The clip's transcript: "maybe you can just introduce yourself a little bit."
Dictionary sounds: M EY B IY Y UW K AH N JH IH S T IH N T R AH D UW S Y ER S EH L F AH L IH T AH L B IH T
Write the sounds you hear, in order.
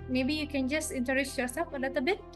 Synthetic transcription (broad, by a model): M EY B IY Y UW K AH N JH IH S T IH N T AH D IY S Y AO S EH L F AH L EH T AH B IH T